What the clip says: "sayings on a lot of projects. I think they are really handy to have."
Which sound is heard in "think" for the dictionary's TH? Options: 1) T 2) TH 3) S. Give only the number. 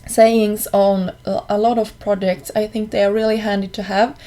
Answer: 2